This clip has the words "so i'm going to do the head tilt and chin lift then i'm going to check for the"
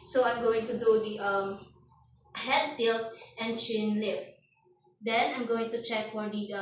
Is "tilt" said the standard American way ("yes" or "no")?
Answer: yes